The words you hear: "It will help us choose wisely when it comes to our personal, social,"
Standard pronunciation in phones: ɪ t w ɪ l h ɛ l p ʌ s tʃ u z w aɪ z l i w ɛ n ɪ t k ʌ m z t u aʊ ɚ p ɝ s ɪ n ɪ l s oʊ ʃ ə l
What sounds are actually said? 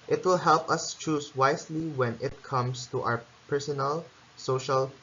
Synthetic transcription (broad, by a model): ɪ t w ɪ l h ɛ l p ʌ s tʃ u s w aɪ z l i w ɛ n ɪ t k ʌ m s t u aʊ ɚ p ɝ s ɪ n ɪ l s oʊ ʃ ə l